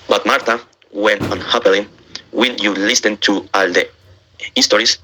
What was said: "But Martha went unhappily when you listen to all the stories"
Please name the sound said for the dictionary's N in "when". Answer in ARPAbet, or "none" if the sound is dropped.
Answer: L